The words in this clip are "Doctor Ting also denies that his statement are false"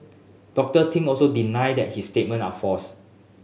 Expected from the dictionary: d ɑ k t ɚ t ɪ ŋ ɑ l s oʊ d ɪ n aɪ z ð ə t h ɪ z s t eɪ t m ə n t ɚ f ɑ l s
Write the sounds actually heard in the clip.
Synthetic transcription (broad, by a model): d ɑ k t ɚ t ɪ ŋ ɑ l s oʊ d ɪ n aɪ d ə t h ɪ s t eɪ t m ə n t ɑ f ɑ s